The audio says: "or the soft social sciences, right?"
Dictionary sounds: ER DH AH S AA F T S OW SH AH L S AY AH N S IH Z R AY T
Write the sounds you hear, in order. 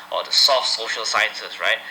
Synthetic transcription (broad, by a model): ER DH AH S AA F T S OW SH AH L S AY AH N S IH S R AY T